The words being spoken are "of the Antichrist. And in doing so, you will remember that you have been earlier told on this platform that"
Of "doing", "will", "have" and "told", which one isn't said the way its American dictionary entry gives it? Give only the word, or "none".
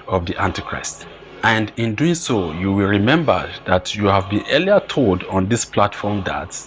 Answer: none